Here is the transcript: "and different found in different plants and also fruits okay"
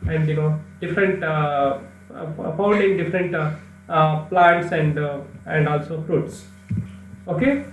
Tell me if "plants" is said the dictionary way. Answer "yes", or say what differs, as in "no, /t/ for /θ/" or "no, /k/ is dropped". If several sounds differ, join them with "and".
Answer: no, /n/ is dropped